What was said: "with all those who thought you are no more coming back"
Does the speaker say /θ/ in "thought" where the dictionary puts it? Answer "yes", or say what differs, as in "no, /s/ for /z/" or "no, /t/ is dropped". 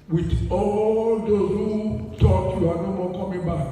no, /t/ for /θ/